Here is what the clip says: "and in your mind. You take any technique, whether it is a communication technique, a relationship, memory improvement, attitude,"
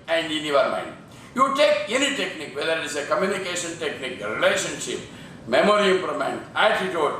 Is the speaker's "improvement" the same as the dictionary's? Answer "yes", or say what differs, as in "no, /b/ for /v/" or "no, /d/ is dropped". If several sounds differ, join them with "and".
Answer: no, /v/ is dropped